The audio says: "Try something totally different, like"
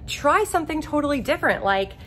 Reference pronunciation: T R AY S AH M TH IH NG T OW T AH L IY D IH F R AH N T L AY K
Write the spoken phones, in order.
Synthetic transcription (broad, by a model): T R AY S AH M TH IH NG T OW T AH L IY D IH F R AH N T L AY K